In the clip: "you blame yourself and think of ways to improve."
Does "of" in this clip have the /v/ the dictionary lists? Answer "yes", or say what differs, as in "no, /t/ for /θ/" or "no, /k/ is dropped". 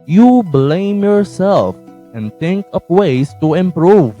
no, /p/ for /v/